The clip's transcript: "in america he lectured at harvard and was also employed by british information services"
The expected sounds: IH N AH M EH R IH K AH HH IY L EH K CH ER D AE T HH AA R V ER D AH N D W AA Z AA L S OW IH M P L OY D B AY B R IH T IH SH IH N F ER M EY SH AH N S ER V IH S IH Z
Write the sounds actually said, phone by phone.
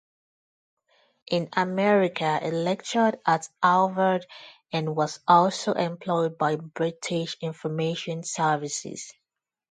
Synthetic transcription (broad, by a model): IH N AH M EH R IH K AH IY L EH K CH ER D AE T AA L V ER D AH N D W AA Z AA L S OW IH M P L OY D B AY B R IH T IH SH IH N F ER M EY SH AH N S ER V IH S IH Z